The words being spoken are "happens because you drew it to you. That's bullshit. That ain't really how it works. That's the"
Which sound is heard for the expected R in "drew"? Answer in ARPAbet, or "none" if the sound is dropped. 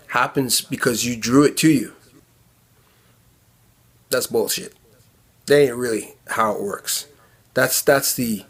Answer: R